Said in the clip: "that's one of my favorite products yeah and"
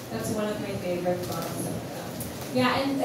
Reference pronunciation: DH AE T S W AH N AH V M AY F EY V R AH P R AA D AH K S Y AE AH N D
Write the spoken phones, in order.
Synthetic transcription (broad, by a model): DH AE T S W AH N AH V M AY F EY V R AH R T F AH S Y AE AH N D